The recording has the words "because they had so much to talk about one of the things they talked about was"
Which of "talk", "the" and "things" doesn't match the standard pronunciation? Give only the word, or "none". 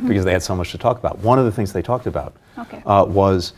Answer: none